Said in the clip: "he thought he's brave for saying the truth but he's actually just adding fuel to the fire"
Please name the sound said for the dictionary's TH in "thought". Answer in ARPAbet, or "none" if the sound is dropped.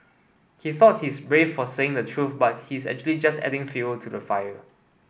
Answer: TH